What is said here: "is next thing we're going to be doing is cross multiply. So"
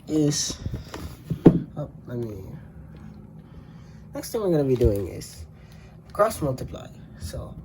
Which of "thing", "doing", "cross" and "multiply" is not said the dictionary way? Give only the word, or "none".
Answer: thing